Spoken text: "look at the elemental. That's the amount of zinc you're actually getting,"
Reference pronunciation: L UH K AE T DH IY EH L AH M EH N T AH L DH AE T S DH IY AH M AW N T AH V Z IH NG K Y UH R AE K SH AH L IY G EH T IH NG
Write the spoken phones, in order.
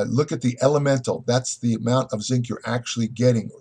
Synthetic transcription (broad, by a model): L UH K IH T DH IY EH L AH M EH N T L DH AE T S DH IY AH M AW N T AH V Z IH NG K Y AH R AE K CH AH L IY G EH T IH NG